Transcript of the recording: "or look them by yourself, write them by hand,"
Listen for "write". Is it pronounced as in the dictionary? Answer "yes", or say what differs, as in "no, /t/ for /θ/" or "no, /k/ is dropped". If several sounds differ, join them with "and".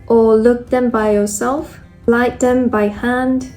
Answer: no, /l/ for /ɹ/